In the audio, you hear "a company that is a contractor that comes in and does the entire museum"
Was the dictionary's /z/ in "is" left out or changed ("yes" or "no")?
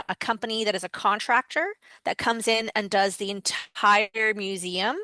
no